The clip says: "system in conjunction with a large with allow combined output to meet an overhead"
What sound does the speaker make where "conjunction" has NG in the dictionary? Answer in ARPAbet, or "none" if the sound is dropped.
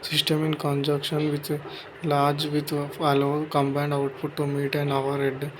none